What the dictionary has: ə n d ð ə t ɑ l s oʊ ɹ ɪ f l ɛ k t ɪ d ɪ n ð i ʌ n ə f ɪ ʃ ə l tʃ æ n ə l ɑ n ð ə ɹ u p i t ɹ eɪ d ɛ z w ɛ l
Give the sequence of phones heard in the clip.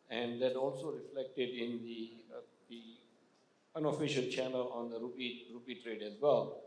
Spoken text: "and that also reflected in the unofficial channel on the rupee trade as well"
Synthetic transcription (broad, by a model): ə n d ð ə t ɑ l s oʊ ɹ ɪ f l ɛ k t ɪ d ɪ n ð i ʌ n ə f ɪ ʃ ə l tʃ æ n ə l ɑ n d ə ɹ u p i t ɹ eɪ d ɛ z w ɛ l